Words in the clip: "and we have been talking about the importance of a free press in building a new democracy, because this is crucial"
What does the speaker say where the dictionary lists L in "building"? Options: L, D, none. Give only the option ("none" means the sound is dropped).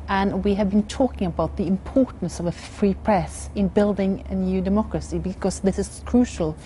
L